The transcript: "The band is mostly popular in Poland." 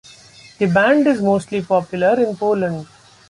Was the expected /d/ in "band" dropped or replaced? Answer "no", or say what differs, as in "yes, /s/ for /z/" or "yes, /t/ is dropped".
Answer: no